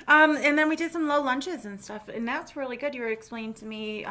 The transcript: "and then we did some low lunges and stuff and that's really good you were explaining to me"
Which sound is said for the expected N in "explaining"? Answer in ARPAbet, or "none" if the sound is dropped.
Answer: none